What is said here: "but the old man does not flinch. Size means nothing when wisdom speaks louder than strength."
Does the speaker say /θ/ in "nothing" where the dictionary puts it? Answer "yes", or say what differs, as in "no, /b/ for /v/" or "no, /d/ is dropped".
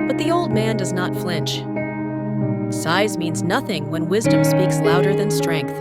yes